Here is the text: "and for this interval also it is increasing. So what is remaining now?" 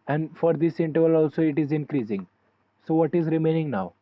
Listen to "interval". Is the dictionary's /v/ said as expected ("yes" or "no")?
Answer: yes